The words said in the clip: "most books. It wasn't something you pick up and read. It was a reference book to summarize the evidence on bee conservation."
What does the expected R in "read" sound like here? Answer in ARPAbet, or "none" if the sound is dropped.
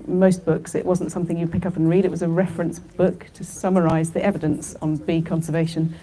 R